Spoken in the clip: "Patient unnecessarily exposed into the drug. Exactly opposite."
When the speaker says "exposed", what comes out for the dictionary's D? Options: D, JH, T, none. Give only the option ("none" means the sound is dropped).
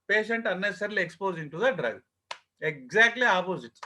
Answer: none